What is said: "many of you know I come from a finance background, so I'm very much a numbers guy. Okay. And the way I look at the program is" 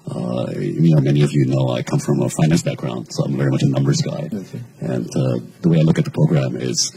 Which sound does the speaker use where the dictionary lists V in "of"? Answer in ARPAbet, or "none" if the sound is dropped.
V